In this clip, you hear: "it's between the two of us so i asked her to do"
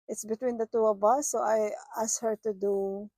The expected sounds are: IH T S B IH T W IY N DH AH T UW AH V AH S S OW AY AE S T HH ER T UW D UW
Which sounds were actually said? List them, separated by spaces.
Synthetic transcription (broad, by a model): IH T S B IH T W IY N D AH T UW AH B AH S S OW AY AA S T HH ER T UW D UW